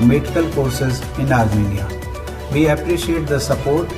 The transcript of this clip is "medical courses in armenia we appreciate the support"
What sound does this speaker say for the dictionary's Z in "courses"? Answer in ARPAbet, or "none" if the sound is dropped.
Z